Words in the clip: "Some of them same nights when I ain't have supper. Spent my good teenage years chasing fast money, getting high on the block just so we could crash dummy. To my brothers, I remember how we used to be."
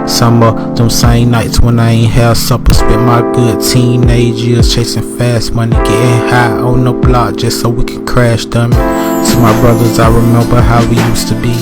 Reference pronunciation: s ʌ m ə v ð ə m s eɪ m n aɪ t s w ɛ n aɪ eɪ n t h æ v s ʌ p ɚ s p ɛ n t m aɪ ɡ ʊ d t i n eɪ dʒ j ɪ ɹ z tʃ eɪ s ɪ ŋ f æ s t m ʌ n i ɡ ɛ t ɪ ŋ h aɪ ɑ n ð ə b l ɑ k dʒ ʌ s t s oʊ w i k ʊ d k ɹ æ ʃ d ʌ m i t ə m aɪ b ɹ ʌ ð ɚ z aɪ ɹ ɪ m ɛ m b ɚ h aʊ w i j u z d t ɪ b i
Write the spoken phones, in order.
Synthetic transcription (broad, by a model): s ʌ m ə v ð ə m s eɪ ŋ n aɪ t s w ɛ n aɪ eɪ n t h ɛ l s ʌ p ɚ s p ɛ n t m aɪ ɡ ʊ d t i n eɪ dʒ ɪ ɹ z tʃ eɪ s ɪ ŋ f æ s t m ʌ n i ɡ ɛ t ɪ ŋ h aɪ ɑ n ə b l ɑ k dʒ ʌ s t s oʊ w i k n k ɹ æ ʃ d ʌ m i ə m aɪ b ɹ ʌ ð ɚ z aɪ ɹ ɪ m ɛ m b ɚ h aʊ w i j u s t ɪ b i